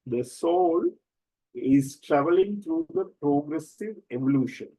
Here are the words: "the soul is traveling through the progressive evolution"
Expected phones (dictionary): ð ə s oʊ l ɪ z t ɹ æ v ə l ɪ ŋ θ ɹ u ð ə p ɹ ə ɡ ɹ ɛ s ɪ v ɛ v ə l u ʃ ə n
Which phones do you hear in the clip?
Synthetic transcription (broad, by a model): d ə s oʊ l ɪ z t ɹ æ v ə l ɪ ŋ t ɹ u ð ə p ɹ ə ɡ ɹ ɛ s ɪ v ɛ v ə l u ʃ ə n